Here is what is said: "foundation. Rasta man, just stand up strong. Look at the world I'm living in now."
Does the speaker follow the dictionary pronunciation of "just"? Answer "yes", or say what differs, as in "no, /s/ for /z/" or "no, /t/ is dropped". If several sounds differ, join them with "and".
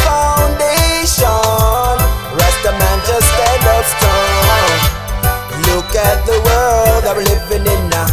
no, /tʃ/ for /dʒ/